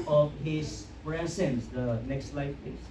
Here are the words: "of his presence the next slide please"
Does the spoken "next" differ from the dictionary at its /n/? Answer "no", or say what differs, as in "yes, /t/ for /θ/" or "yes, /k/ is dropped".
no